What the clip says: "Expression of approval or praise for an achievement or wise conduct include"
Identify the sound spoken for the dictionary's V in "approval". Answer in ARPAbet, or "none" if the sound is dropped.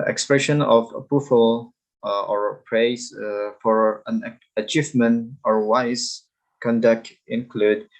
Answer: F